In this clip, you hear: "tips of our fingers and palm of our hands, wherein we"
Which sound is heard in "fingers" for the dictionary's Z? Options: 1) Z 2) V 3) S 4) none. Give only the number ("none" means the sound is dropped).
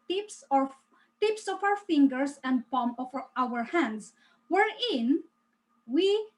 3